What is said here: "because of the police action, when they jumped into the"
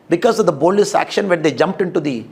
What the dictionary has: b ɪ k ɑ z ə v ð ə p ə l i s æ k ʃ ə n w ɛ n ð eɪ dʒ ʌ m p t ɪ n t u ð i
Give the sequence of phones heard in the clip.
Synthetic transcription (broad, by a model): b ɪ k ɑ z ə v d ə b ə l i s æ k ʃ ə n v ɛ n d eɪ dʒ ʌ m p t ɪ n t u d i